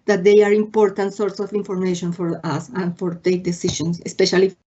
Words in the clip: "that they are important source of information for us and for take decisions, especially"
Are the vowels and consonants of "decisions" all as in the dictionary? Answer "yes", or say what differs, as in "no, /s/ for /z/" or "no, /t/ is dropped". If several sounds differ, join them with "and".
no, /s/ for /z/